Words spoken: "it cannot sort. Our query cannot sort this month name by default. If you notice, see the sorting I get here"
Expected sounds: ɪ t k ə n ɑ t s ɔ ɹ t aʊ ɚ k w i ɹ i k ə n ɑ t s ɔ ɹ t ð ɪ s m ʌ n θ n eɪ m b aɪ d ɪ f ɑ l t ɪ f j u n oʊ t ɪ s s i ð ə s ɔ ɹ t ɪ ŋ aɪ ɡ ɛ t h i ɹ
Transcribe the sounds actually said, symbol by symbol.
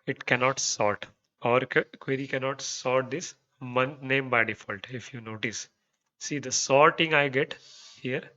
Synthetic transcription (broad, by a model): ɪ t k ə n ɑ t s ɔ ɹ t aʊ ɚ k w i ɹ i k ə n ɑ t s ɔ ɹ t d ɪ s m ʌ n n eɪ m b aɪ d ɪ f ɑ l t ɪ f j u n oʊ t ɪ s s i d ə s ɔ ɹ t ɪ ŋ aɪ ɡ ɛ t h i ɹ